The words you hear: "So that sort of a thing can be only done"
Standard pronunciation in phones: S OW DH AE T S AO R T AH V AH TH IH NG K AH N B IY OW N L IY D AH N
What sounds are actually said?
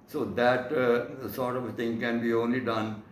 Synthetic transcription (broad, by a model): S OW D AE T S AO R T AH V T IH NG K AH N B IY OW N L IY D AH N